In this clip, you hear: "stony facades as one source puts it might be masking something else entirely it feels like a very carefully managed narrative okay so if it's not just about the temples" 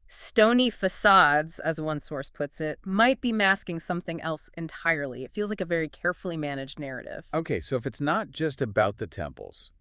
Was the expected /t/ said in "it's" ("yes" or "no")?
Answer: yes